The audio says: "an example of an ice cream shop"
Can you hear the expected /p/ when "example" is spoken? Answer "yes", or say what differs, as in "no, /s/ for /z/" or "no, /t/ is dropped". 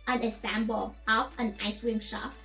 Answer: no, /b/ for /p/